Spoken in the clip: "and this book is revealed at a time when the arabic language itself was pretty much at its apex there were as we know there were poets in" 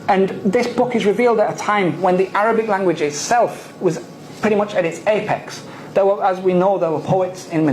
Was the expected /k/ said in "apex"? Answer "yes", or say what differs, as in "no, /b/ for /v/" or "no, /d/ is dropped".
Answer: yes